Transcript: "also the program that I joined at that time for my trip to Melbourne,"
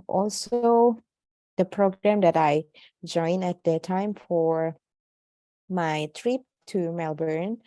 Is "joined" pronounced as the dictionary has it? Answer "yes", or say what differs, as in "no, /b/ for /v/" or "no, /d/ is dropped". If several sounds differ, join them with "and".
no, /d/ is dropped